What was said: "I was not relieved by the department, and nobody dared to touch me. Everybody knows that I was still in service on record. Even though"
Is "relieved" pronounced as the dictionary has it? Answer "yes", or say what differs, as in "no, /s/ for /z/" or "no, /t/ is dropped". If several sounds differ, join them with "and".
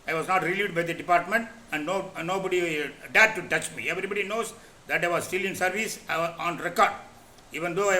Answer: no, /v/ is dropped